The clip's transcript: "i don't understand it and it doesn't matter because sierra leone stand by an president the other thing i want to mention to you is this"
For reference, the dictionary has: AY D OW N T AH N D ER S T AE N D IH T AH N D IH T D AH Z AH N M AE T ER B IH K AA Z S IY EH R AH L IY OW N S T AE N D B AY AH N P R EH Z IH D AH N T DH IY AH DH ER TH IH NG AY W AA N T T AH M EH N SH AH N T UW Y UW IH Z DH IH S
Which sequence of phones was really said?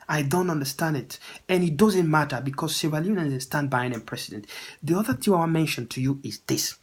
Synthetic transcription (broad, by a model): AY D OW N T AH N D ER S T AE N D IH T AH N IH T D AH Z AH N M AE T ER B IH K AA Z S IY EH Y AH N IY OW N S T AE N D B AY AH N P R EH S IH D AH N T DH IY AH DH ER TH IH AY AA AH M EH N SH AH N T UW Y UW IH Z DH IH S